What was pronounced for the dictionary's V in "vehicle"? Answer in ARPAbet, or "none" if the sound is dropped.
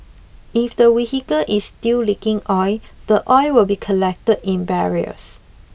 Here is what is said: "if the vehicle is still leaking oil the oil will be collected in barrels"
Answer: W